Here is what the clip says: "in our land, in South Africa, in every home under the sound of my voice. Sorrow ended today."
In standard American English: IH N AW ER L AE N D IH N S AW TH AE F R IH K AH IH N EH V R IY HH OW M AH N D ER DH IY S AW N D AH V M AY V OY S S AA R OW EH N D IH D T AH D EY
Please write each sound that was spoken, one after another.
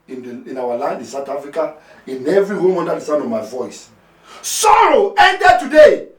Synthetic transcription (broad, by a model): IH N AW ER L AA N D IH N S AW T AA F R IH K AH IH N EH V R IY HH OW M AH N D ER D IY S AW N AH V M AY V OY S S AA R OW EH N D IH D T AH D EY